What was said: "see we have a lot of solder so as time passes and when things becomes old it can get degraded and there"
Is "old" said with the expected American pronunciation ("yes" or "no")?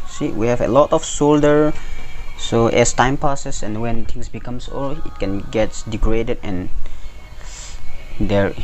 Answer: no